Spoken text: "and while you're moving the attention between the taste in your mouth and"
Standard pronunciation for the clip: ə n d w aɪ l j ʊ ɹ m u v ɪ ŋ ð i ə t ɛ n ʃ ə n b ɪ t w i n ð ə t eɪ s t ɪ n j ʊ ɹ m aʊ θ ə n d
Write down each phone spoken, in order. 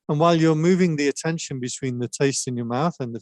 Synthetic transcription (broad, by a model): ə n w aɪ l j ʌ ɹ m u v ɪ ŋ ð i ə t ɛ n ʃ ə n b ɪ t w i n ð ə t eɪ s t ɪ n j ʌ ɹ m aʊ θ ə n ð